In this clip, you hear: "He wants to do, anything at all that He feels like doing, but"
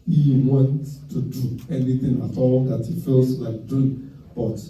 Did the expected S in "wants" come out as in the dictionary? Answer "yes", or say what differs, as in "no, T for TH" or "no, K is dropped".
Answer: no, S is dropped